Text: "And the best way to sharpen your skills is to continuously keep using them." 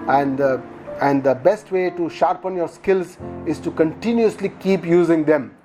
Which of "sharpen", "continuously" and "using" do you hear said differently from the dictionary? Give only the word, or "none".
none